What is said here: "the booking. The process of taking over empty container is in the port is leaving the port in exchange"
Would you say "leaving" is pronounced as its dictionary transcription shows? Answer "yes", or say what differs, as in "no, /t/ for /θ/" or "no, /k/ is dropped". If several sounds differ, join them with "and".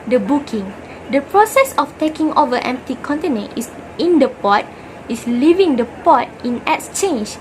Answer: yes